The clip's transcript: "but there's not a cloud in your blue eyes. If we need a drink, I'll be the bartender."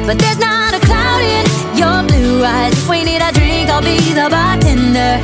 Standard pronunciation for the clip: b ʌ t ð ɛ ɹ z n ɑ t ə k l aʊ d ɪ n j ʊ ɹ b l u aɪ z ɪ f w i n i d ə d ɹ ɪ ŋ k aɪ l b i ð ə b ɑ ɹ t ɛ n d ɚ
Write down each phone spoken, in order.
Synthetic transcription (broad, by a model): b ʌ t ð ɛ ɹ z n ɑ t ə k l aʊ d ɪ n j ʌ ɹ b l u aɪ z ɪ w i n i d ə d ɹ ɪ ŋ k aɪ l b i ð ə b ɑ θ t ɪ n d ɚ